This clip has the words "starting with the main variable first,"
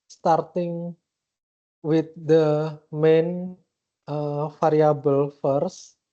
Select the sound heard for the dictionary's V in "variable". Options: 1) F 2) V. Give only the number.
1